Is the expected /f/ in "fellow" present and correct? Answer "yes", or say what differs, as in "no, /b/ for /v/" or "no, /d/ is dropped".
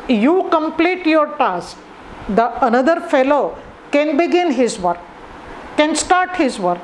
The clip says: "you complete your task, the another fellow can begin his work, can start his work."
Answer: yes